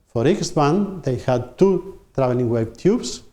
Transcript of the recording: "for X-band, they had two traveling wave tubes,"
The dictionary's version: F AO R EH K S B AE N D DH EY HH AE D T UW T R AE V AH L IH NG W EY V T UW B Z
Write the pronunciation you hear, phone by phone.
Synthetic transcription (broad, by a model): F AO R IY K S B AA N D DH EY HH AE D T UW T R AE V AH L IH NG W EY B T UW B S